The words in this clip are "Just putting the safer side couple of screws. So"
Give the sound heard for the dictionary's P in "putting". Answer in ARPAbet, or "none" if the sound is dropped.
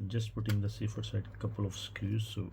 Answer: P